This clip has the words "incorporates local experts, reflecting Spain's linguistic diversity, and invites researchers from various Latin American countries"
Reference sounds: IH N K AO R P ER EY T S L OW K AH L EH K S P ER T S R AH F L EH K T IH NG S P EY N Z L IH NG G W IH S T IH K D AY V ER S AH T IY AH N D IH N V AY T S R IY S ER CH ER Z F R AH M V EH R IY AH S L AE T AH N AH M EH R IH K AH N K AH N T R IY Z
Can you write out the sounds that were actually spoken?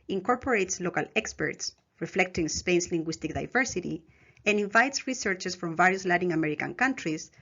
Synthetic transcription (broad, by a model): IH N K AO R P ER EY T S L OW K AH L EH K S P ER T S R AH F L EH K T IH NG S P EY N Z L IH NG G W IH S T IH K D AY V ER S AH T IY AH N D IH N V AY T S R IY S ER CH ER S F R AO M V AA R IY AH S L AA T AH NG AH M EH R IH K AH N K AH N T R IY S